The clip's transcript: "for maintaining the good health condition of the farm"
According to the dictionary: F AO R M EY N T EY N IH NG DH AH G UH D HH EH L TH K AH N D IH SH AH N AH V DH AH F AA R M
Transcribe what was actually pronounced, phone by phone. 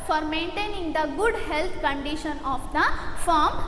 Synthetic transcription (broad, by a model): F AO R M EY N T EY N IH NG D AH G UH D HH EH L T K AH N D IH SH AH N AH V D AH F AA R M